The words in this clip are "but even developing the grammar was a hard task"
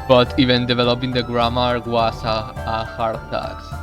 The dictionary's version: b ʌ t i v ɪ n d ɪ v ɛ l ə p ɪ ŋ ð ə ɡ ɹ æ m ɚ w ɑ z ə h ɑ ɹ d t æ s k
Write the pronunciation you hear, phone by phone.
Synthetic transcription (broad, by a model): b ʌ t i v ɪ n d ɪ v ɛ l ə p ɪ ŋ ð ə ɡ ɹ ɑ m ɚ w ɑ s ə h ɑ ɹ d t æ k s